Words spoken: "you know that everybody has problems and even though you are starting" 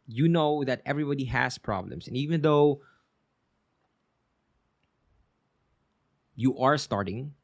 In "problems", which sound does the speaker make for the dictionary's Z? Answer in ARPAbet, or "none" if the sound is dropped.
S